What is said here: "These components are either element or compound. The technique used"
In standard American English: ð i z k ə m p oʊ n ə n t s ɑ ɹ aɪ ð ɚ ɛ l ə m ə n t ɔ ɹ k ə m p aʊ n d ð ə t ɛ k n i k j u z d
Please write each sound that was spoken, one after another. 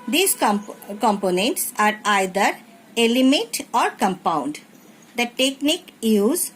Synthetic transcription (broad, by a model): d i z k ə m p oʊ n ə n t s ɑ ɹ aɪ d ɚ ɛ l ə m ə t ɔ ɹ k ə m p aʊ n d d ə t ɛ k n i k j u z